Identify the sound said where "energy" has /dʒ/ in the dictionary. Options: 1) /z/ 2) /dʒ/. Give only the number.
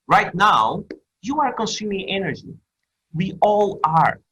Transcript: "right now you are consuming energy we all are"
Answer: 2